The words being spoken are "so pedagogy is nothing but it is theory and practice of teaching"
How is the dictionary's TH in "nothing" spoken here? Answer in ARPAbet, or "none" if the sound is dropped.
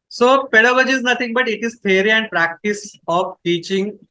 T